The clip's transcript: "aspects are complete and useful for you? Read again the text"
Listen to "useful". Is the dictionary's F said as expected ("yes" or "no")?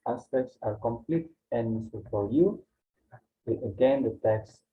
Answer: no